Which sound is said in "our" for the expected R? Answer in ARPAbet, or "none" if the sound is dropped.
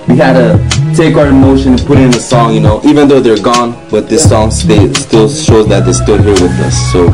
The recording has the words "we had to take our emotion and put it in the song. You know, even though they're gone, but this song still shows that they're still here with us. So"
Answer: R